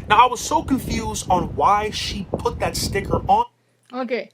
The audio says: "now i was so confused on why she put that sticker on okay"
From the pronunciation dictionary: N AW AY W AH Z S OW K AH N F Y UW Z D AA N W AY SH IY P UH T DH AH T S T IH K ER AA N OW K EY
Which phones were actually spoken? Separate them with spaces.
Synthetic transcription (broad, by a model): N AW AY W AH Z S OW K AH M F Y UW Z D N W AY SH IY P UH T DH AH T S T IH K ER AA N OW K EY